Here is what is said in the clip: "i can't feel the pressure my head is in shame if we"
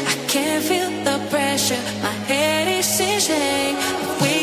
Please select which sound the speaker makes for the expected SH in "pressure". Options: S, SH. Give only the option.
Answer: SH